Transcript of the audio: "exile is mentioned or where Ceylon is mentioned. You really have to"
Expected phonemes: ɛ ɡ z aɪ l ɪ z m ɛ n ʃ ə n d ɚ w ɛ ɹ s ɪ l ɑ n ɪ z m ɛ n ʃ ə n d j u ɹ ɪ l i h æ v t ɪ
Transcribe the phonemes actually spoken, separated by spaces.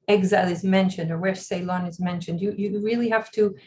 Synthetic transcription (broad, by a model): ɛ ɡ z aɪ l ɪ z m ɛ n ʃ ə n d ɚ w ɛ ɹ s ɪ l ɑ n ɪ z m ɛ n ʃ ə n d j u ɹ ɪ l i h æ f t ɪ